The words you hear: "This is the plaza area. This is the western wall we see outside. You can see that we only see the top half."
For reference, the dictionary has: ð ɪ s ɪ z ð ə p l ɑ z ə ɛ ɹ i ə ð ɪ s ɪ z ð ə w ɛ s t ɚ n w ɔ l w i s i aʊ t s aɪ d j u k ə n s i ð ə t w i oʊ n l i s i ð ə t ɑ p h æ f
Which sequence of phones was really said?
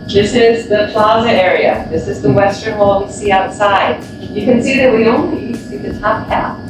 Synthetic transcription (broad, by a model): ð ɪ s ɪ z ð ə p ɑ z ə ɛ ɹ i ə ð ɪ s ɪ z ð ə w ɛ s t ɚ n w ɔ l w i s i aʊ t s aɪ d j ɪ k ə n s i ð ə t w i oʊ n l i s i ð ə t ɑ p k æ